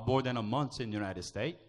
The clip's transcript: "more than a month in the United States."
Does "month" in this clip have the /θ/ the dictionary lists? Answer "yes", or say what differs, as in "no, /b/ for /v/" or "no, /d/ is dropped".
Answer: no, /s/ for /θ/